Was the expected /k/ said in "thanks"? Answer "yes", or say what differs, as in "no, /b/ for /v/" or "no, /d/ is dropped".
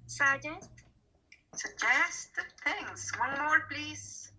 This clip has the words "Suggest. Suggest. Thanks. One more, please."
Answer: no, /k/ is dropped